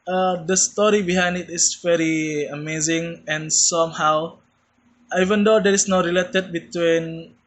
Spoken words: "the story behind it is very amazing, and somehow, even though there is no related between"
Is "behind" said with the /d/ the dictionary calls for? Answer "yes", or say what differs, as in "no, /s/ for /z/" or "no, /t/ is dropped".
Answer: yes